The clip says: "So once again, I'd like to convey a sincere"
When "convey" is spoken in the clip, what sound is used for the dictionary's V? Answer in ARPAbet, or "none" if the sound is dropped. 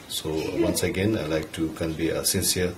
B